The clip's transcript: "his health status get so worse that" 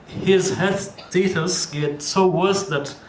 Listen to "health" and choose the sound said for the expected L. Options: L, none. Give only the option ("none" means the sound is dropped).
none